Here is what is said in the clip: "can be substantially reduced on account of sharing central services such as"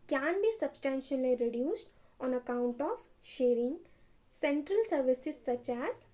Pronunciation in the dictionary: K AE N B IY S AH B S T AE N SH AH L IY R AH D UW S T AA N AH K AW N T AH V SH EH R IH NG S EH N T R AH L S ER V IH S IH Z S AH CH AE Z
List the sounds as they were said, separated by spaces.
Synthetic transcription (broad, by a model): K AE N B IY S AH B S T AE N SH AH L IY R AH D UW S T AA N AH K AW N T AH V SH EH R IH NG S EH N T R AH L S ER V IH S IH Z S AH CH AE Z